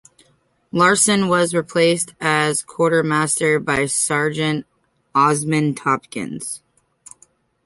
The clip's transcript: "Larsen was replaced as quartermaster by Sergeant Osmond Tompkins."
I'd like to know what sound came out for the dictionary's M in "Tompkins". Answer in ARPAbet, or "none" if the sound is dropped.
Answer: none